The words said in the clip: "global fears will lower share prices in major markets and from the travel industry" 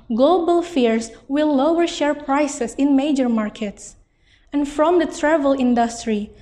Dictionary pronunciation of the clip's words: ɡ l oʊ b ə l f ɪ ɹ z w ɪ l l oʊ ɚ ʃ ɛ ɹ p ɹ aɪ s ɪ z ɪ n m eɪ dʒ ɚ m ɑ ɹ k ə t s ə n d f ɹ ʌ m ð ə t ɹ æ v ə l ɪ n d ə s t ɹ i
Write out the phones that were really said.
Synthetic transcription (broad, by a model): ɡ l oʊ b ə l f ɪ ɹ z w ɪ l l oʊ ɚ ʃ ɛ ɹ p ɹ aɪ s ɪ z ɪ n m eɪ dʒ ɚ m ɑ ɹ k ə t s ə n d f ɹ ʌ m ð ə t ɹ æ v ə l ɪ n d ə s t ɹ i